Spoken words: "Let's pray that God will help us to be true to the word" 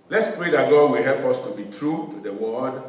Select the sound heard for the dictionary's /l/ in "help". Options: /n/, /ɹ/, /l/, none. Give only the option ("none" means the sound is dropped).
/l/